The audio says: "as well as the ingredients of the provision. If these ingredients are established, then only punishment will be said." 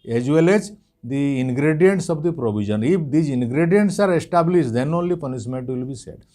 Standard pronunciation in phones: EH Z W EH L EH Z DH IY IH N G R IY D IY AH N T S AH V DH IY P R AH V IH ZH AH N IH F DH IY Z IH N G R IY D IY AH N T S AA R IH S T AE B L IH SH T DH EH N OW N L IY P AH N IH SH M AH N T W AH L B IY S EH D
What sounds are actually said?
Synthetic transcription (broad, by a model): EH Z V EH L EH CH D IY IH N G R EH D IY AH N T S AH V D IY P R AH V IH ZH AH N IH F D IY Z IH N G R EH D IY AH N T S AA R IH S T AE B L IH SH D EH N OW N L IY P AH N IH S M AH N T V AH L B IY S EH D